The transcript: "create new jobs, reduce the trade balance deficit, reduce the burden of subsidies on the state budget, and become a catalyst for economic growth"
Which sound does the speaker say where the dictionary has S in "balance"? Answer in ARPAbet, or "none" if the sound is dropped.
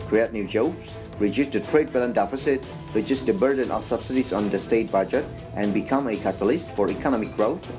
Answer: none